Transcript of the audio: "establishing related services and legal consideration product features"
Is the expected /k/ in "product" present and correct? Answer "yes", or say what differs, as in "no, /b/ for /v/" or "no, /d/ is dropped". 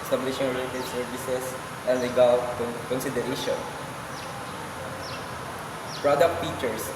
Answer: yes